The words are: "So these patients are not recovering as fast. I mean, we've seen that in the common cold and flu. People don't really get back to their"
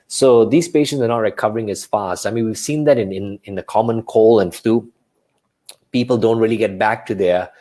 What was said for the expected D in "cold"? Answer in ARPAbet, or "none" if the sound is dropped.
none